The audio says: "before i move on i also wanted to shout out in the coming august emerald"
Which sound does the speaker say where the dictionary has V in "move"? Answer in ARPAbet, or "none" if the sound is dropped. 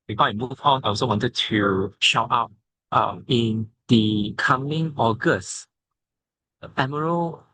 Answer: F